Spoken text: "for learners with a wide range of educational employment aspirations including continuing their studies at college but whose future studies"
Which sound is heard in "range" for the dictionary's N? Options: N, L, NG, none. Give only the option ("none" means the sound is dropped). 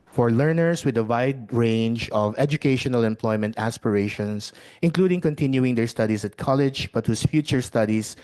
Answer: N